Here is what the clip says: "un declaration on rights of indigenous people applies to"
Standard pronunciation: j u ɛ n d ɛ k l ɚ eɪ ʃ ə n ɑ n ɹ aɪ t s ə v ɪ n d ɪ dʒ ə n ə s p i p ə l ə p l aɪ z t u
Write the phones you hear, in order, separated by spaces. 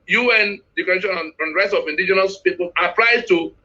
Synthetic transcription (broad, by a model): j u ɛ n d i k ɚ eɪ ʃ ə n ɑ n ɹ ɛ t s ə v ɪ n d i dʒ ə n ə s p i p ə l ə p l aɪ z t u